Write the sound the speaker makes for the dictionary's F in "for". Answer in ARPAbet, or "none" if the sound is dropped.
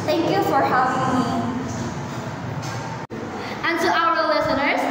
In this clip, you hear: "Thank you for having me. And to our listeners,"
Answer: F